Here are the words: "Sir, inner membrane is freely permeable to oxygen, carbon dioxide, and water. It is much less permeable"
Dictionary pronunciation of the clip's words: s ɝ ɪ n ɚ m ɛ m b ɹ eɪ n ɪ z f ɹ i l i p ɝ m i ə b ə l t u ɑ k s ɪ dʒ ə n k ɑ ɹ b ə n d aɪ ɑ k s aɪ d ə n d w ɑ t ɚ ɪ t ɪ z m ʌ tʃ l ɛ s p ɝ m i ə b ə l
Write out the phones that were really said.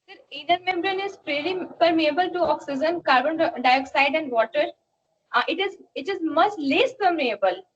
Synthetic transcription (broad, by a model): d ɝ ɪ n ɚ m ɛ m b ɹ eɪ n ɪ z p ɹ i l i p ɝ m i ə b ə l t u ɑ k s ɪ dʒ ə n k ɑ ɹ b ə n d aɪ ɑ k s aɪ d ə n d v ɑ t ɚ ɪ t ɪ z m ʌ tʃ l ɛ s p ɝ m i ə b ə l